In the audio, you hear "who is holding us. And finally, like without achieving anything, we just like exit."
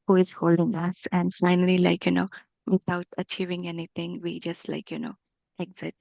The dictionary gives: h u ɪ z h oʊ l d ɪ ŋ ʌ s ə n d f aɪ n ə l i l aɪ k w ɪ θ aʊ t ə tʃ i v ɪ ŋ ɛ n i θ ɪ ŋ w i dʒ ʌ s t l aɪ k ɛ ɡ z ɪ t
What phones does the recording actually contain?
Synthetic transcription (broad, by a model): h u ɪ z h oʊ l d ɪ ŋ ʌ s ə n d f aɪ n ə l i l aɪ k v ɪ t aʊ t ə tʃ i v ɪ ŋ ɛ n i t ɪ ŋ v i dʒ ʌ s t l aɪ k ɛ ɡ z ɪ t